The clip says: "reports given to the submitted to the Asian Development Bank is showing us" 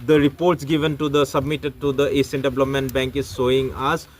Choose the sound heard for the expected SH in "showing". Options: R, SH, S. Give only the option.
S